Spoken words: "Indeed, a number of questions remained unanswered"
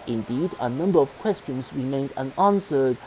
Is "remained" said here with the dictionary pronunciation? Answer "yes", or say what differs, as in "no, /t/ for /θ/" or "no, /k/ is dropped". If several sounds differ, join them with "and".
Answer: yes